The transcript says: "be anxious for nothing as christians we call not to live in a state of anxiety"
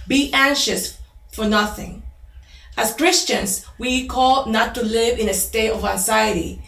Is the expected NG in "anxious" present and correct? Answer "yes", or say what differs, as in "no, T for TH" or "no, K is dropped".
yes